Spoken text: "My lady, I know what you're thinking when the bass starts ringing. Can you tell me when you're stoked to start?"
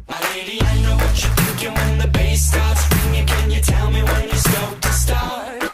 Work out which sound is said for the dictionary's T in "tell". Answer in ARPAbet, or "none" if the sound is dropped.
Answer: T